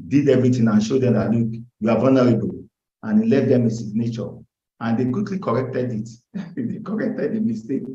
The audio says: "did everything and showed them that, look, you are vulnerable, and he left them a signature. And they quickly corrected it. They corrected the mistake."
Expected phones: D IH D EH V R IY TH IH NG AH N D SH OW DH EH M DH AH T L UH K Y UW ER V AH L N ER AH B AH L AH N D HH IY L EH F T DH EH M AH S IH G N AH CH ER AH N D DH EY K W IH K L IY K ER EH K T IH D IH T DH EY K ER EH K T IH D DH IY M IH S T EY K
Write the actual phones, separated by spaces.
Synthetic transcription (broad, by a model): D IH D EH V R IY T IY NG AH N SH OW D EH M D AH T L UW K Y UW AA V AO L N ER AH B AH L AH N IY L EH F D EH M AH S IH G N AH CH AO AH N D EY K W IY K L IY K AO EH K T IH D IH T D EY K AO EH K T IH D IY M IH S T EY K